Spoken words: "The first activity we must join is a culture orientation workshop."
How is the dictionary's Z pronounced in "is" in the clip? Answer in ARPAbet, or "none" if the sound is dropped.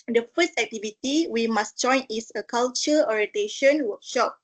S